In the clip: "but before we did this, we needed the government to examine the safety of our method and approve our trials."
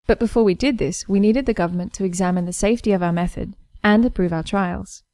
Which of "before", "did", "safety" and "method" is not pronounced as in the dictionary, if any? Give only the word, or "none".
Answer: none